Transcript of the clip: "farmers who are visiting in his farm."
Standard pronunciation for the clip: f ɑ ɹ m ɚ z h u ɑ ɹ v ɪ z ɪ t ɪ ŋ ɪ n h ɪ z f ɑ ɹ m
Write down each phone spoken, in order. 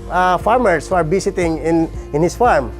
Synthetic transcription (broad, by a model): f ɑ ɹ m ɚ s h u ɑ ɹ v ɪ s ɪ t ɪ ŋ ɪ n h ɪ s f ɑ ɹ m